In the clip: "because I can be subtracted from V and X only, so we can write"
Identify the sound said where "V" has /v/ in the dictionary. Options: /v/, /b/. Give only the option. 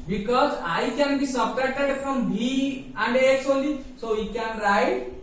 /b/